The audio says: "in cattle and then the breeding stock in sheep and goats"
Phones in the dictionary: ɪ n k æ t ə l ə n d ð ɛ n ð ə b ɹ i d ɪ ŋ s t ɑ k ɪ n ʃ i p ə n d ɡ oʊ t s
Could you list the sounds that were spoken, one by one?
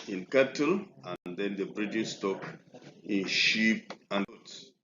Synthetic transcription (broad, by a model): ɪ n k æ t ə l ə n d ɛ n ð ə b ɹ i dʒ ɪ s t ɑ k ɪ n ʃ i p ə n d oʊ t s